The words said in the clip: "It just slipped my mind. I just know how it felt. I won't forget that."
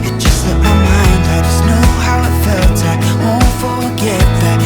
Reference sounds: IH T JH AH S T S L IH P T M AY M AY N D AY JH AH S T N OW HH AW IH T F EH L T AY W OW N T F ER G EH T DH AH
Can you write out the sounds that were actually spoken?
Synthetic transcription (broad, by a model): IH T JH AH S T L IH T M AY M AY N D AY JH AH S N OW HH AW IH T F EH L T AY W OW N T F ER G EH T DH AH